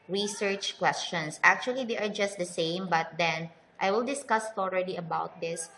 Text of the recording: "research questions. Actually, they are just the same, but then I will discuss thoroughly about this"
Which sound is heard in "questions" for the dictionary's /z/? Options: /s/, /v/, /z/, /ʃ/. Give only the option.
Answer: /s/